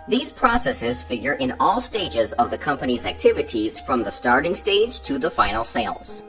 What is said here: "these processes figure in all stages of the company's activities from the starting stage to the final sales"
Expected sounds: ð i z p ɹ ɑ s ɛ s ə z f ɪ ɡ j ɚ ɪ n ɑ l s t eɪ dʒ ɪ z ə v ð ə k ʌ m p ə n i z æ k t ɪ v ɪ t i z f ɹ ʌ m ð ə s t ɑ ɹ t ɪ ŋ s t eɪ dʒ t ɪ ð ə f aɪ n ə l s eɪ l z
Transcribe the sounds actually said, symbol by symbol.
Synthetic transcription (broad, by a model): ð i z p ɹ ɑ s ɛ s ə z f ɪ ɡ j ɚ ɪ n ɑ l s t eɪ dʒ ɪ z ə v ð ə k ʌ m p ə n i z æ k t ɪ v ɪ t i z f ɹ ʌ m ð ə s t ɑ ɹ t ɪ ŋ s t eɪ dʒ t ɪ ð ə f aɪ n l s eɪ l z